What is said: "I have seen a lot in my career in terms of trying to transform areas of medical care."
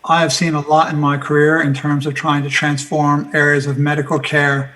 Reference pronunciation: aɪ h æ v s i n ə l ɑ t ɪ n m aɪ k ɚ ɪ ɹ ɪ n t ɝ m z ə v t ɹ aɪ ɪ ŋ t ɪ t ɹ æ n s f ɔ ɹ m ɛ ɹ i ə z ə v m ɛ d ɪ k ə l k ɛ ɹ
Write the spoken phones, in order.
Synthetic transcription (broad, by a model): aɪ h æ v s i n ə l ɑ t ɪ n m aɪ k ɚ ɪ ɹ ɪ n t ɝ m z ə v t ɹ aɪ ɪ ŋ t ɪ t ɹ æ n s f ɔ ɹ m ɛ ɹ i ə z ə v m ɛ d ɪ k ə l k ɛ ɹ